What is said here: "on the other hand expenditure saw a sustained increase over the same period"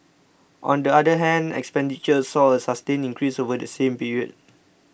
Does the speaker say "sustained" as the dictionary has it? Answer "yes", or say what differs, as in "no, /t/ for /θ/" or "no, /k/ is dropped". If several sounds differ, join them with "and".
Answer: no, /d/ is dropped